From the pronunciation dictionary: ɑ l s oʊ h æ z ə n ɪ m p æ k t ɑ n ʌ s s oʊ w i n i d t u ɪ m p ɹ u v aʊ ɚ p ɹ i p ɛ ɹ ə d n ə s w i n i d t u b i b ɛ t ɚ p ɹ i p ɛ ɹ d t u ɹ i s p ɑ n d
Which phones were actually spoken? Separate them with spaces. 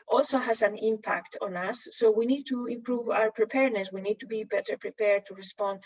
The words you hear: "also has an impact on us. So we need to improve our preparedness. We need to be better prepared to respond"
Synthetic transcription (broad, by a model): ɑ l s oʊ h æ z ə n ɪ m p æ k t ɑ n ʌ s s oʊ w i n i d t u ɪ m p ɹ u v aʊ ɚ p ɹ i p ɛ ɹ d n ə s w i n i d t u b i b ɛ t ɚ p ɹ i p ɛ ɹ d t u ɹ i s p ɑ n d